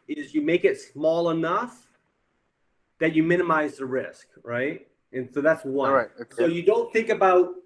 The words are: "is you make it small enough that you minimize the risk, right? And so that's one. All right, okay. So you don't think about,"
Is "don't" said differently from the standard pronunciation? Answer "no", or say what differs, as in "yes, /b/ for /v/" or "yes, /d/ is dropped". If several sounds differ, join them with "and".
no